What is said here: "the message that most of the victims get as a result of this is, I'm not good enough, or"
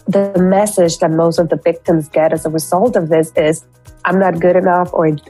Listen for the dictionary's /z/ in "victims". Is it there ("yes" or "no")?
yes